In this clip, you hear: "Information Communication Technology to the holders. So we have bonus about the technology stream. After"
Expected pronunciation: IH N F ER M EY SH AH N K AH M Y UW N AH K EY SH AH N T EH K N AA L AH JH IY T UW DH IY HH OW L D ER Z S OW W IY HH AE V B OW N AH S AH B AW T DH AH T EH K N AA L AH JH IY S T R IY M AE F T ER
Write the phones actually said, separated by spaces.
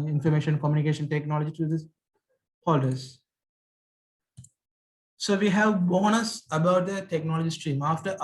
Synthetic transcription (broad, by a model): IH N F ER M EY SH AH N K AH M Y UW N AH K EY SH AH N T EH K N AA L AH JH IY T UW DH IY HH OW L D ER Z S OW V IY HH AE V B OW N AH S AH B AW T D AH T EH K N AA L AH JH IY S T R IY M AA F T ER